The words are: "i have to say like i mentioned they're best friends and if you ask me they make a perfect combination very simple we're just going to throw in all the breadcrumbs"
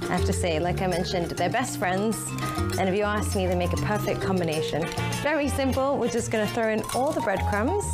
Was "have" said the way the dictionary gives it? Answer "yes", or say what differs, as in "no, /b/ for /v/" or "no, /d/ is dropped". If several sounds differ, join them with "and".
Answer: no, /f/ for /v/